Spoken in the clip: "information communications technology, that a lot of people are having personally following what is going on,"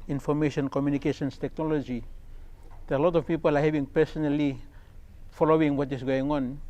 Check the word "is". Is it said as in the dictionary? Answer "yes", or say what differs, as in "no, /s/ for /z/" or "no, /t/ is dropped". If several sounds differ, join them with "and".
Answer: no, /s/ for /z/